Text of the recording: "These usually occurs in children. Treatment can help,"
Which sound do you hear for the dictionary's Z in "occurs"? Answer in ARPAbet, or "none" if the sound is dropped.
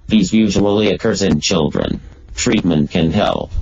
Z